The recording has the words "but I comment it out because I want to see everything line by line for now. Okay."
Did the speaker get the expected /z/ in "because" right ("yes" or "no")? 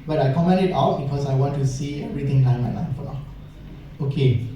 no